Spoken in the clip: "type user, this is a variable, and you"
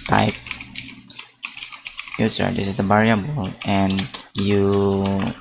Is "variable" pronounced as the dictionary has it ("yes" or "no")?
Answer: no